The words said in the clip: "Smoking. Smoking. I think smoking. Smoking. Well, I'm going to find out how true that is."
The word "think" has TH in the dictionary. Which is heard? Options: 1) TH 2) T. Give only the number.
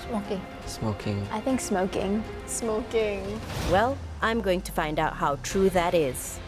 1